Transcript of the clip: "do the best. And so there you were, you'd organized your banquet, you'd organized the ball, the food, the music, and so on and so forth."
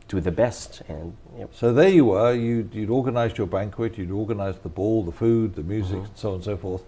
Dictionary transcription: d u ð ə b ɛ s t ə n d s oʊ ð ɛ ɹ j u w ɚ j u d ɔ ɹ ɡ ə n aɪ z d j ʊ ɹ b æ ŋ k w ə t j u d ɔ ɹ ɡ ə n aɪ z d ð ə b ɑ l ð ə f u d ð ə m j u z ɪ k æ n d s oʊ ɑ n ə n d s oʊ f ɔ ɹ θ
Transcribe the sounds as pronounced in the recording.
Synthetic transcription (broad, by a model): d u ð ə b ɛ s t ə n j s oʊ ð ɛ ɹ j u w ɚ j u d ɔ ɹ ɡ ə n aɪ z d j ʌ ɹ b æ ŋ k w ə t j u d ɔ ɹ ɡ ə n aɪ z ð ə b ɑ l ð ə f u d ð ə m j u z ɪ k n s oʊ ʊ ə n s oʊ f ɔ ɹ θ